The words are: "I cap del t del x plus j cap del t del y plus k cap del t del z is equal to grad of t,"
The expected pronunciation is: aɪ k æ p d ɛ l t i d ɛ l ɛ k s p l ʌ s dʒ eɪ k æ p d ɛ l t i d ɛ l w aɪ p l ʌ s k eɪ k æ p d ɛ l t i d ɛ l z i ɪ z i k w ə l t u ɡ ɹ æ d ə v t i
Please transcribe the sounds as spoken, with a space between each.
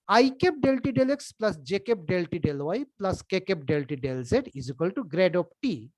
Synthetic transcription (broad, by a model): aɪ k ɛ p d ɛ l t i d ɛ l ɛ k s p l ʌ s dʒ eɪ k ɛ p d ɛ l t i d ɛ l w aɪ p l ʌ s k eɪ k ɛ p d ɛ l t i d ɛ l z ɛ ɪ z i k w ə l t u ɡ ɹ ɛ d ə p t i